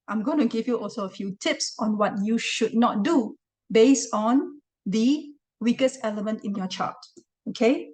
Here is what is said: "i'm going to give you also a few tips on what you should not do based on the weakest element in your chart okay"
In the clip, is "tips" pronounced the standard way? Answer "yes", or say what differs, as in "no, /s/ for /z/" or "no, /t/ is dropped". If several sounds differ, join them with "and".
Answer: yes